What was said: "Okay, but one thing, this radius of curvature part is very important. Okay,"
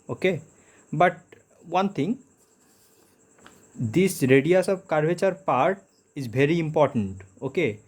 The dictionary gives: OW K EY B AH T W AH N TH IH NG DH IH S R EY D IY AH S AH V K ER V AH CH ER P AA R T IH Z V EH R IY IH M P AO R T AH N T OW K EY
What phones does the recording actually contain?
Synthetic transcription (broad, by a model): OW K EY B AH T W AH N T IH NG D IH S R EY D IY AH S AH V K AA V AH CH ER P AA R T IH Z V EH R IY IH M P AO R T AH N T OW K EY